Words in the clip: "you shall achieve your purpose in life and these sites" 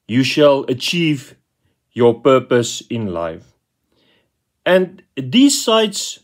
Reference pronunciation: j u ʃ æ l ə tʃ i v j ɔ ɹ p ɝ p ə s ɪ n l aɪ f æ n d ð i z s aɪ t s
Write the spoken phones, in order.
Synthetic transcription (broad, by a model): j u ʃ æ l ə tʃ i v j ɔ p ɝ p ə s ɪ n l aɪ f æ n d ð i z s aɪ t s